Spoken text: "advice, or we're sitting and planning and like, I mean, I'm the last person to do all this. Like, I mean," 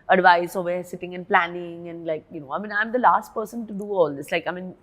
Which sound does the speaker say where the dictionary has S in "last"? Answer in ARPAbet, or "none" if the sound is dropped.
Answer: S